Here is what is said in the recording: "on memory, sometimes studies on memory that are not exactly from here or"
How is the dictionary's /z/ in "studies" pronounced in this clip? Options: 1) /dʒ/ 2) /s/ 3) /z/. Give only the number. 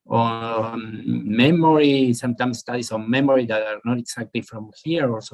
2